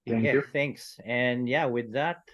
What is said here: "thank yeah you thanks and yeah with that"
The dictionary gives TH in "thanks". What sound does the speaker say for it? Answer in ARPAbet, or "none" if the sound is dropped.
TH